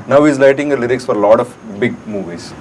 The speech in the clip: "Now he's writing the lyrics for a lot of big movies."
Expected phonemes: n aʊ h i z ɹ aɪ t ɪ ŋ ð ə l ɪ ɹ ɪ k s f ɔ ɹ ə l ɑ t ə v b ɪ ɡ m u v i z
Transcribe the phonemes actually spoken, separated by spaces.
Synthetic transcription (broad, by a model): n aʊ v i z l aɪ t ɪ ŋ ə l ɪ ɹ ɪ k s f ɔ ɹ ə l ɑ t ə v b ɪ ɡ m u v i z